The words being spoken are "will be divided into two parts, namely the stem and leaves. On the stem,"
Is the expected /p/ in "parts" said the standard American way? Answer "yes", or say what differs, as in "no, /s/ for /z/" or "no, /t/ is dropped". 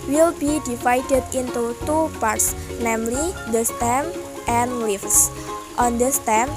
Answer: yes